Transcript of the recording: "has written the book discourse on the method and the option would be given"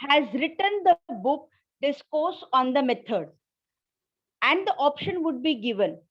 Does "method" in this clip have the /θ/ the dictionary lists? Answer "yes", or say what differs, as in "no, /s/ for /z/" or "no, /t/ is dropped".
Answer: no, /t/ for /θ/